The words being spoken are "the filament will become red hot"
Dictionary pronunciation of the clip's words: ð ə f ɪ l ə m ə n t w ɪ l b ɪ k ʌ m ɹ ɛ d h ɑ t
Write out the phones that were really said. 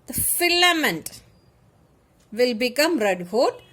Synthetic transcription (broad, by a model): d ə f ɪ l ə m ə n t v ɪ l b ɪ k ʌ m ɹ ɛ d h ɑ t